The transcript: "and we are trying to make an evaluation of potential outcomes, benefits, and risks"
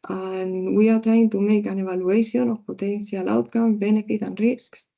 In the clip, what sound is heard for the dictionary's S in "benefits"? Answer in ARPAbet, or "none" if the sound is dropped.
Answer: none